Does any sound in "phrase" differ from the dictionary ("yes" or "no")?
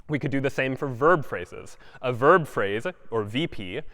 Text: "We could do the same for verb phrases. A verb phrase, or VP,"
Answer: no